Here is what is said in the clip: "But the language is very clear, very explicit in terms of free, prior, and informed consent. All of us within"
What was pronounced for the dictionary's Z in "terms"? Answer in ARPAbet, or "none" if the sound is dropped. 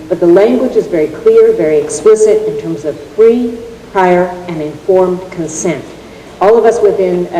Z